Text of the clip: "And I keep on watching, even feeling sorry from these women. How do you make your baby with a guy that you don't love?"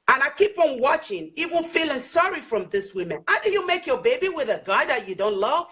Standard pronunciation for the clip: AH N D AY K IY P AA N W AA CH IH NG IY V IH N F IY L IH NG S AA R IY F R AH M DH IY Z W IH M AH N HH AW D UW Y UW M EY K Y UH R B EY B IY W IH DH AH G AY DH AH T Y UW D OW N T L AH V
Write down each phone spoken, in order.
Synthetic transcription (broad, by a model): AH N AY K IY P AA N W AA CH IH NG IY W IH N F IY L IH NG S AA R IY F R AH M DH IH S W IH M AH N HH AW D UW Y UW M EY K Y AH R B EY B IY W IH DH AH G AY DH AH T Y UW D OW N T L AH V